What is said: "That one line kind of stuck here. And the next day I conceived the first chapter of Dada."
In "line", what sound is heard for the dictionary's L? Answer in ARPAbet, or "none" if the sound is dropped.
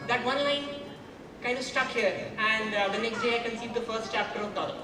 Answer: L